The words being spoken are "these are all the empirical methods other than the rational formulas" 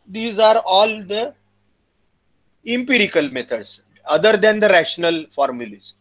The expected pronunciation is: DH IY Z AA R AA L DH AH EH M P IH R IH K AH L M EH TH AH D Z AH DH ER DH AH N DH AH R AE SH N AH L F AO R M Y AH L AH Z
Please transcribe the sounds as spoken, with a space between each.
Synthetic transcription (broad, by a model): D IY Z AA R AA L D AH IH M P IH R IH K AH L M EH T AH D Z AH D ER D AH N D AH R AE SH N AH L F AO R M Y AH L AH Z